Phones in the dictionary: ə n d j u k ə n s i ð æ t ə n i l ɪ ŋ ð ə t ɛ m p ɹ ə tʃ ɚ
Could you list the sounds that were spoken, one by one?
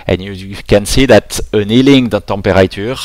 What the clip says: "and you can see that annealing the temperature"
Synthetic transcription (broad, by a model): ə n j u k ə n s i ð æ t ə n i l ɪ ŋ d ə t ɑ p ɹ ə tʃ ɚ